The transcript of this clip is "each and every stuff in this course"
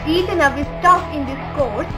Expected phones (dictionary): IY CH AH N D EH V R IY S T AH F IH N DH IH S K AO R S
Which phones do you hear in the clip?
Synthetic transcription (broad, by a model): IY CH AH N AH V IY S T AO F IH N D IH S K AO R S